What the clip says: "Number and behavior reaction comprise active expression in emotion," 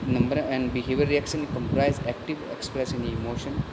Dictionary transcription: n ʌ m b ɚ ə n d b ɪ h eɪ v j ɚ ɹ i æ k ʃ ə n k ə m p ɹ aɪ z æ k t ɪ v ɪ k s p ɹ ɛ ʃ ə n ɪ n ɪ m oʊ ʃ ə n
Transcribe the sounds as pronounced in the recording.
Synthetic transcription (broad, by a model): n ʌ m b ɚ ə n d b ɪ h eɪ v j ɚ ɹ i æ k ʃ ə n k ə m p ɹ aɪ z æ k t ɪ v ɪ k s p ɹ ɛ s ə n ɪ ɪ m oʊ ʃ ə n